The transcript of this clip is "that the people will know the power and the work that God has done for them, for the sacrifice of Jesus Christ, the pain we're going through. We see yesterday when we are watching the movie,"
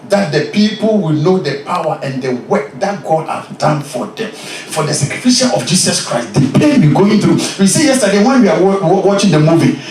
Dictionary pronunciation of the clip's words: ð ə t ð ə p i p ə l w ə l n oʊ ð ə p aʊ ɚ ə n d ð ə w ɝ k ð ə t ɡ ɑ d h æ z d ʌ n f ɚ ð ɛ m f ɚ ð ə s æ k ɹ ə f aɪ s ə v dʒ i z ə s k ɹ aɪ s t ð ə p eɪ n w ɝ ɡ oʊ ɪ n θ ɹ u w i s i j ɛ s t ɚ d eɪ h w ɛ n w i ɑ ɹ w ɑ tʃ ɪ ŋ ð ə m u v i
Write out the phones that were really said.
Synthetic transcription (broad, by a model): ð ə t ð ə p i p ə l w ə l n oʊ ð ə p aʊ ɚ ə n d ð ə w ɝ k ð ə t ɡ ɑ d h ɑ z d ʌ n f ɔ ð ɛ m f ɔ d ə s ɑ k ɹ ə f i ʃ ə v dʒ i s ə s k ɹ aɪ s t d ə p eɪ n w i ɡ oʊ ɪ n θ ɹ u w i s i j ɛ s t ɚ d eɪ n w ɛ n w i ɑ w w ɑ tʃ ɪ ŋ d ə m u v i